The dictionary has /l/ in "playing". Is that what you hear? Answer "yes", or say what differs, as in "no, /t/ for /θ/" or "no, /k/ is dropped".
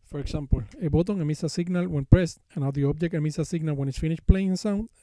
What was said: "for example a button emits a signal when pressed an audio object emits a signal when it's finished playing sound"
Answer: yes